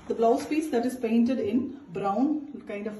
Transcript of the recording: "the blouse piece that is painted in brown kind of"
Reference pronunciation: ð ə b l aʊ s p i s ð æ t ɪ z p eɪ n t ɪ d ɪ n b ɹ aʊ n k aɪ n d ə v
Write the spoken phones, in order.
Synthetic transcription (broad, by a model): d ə b l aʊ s p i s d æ t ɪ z p eɪ n t ɪ d ɪ n b ɹ aʊ n k aɪ n d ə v